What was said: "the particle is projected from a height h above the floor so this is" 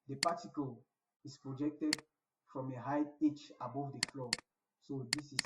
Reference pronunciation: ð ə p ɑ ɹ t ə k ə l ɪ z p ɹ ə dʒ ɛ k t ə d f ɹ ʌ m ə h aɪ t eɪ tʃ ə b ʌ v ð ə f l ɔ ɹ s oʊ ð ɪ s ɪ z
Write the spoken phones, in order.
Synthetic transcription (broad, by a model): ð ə p ɑ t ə k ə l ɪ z p ɹ ə dʒ ɛ k t ə d f ɹ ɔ m ə h aɪ eɪ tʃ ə b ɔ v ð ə f l ɔ s oʊ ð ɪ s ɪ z